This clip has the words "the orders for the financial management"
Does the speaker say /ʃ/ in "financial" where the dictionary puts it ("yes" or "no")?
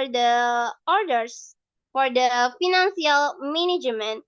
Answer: no